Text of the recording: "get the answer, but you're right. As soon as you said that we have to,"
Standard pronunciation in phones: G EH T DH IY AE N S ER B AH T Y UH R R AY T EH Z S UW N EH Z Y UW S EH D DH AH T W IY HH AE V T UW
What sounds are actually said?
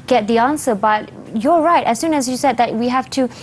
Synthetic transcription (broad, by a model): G EH T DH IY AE N S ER B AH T Y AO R R AY T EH S UW N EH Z Y UW S EH D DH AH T W IY HH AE F T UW